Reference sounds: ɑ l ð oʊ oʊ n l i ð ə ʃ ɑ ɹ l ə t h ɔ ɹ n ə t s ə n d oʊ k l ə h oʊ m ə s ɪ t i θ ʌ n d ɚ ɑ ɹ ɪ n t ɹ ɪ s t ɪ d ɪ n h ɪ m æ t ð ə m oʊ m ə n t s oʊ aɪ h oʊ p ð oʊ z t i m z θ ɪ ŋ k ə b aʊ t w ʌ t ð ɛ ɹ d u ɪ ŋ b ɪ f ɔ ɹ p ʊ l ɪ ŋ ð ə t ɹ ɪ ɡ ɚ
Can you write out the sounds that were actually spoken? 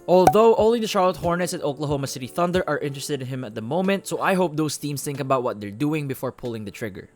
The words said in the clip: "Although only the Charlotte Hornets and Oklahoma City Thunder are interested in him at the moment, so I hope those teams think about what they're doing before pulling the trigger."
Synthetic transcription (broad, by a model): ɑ l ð oʊ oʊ l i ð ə ʃ ɑ ɹ l ə t h ɔ ɹ n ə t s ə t oʊ k l ə h oʊ m ə s ɪ t i θ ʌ n d ɚ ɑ ɹ ɪ n t ɹ ɪ s t ɪ d ɪ n h ɪ m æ t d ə m oʊ m ə n t s oʊ aɪ h oʊ p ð oʊ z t i m s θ ɪ ŋ k ə b aʊ t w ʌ t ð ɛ ɹ d u ɪ ŋ b ɪ f ɔ ɹ p ʊ l ɪ ŋ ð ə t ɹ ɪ ɡ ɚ